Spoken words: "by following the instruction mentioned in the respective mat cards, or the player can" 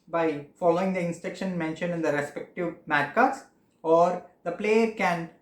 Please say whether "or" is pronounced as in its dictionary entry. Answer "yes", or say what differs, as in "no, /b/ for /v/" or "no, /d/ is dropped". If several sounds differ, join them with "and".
yes